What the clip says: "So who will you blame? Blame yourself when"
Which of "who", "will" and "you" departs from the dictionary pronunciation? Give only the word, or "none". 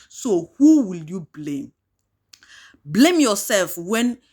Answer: none